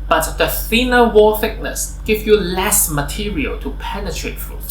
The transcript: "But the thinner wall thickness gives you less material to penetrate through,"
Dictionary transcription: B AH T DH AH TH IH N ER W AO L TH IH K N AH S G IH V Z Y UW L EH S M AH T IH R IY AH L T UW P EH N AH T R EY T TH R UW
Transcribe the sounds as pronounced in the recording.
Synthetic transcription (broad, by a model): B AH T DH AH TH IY N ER W AO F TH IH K N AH S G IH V Y UW L EH S M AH T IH R IY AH L T UW P EH N AH T R EY T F R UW